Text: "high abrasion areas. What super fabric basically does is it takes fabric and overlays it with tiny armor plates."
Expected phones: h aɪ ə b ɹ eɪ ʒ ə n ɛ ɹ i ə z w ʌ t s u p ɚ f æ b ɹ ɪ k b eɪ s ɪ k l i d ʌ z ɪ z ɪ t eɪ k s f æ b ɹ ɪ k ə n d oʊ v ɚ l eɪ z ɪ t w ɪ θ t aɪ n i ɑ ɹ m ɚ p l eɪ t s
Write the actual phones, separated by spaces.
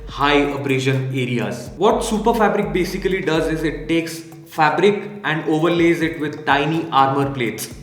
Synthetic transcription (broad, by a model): h aɪ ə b ɹ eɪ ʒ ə n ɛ ɹ i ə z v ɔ t s u p ɚ f æ b ɹ ɪ k b eɪ s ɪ k l i d ʌ z ɪ z ɪ t eɪ k s f æ b ɹ ɪ k ə n d oʊ v ɚ l eɪ z ɪ t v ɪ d t aɪ n i ɑ ɹ m ɚ p l eɪ t s